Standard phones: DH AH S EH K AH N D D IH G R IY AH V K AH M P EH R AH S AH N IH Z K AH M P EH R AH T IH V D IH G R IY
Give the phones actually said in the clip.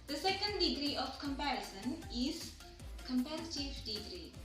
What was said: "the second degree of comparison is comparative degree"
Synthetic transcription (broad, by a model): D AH S EH K AH N D D IH G R IY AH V K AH M P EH R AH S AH N IH Z K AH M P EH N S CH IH F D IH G R IY